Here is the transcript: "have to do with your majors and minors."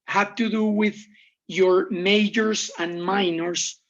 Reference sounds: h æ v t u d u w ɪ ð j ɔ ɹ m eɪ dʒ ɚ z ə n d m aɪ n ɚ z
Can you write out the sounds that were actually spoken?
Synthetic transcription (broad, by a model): h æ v t u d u w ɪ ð j ɔ ɹ m eɪ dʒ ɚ s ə n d m aɪ n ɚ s